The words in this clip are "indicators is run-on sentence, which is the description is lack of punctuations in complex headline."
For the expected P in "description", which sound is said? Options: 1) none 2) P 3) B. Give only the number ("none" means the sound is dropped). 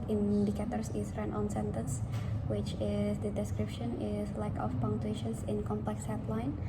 2